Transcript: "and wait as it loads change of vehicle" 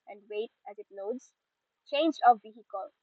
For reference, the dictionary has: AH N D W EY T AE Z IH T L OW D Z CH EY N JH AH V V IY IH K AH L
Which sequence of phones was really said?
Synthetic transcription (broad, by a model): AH N D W EY T AE Z IH T N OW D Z CH EY N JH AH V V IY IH K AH L